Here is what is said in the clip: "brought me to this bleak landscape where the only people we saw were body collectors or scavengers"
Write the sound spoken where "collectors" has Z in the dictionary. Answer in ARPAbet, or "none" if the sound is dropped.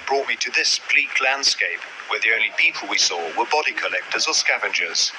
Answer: Z